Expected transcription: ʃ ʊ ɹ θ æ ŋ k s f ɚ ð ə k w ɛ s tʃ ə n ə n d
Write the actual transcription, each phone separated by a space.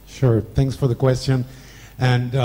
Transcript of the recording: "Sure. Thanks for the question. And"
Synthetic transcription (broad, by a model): ʃ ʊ ɹ θ æ ŋ k s f ɚ ð ə k w ɛ s tʃ ə n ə n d